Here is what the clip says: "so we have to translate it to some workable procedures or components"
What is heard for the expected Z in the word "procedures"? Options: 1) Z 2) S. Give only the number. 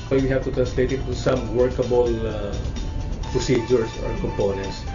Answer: 2